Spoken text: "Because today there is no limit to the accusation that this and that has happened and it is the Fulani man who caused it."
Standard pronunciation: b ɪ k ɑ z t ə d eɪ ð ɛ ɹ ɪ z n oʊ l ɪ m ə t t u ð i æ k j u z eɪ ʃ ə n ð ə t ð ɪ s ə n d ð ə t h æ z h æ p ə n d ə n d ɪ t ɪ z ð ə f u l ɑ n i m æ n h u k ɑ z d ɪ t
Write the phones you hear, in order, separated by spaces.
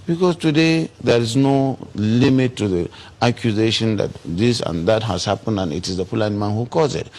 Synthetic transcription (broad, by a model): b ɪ k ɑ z t ə d eɪ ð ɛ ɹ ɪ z n oʊ l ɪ m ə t t u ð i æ k j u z eɪ ʃ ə n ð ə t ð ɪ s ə n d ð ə t h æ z h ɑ p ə n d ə n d ɪ t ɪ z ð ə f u l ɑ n m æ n h u k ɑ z ɪ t